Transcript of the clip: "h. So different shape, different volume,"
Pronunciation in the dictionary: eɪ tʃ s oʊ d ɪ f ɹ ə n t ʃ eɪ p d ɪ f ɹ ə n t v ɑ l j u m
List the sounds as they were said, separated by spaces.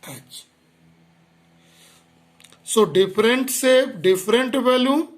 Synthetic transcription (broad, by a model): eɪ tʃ s oʊ d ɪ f ɹ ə n t s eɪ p d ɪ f ɹ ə n t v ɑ l j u